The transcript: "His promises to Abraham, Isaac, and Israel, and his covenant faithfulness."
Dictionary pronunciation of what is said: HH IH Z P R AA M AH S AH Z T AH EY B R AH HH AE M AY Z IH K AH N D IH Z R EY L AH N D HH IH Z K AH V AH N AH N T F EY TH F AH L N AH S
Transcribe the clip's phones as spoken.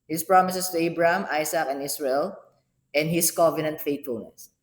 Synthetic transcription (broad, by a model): HH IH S P R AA M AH S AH S T AH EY B R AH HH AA M AY S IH K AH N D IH S R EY L AH N D HH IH S K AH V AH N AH N T F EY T F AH L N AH S